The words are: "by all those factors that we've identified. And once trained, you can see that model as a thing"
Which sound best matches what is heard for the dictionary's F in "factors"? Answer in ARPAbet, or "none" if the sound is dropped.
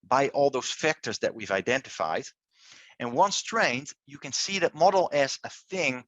F